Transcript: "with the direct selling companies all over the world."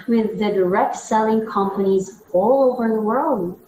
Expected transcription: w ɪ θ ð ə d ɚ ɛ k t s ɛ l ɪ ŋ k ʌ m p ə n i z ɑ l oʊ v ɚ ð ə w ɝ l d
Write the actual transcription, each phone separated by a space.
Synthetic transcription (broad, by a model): w ɪ ð ə d ɚ ɛ k t s ɛ l ɪ ŋ k ʌ m p ə n i z ɑ l oʊ v ɚ ð ə w ɝ l d